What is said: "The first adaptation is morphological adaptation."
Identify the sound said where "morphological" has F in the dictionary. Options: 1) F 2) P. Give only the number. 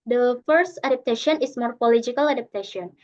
2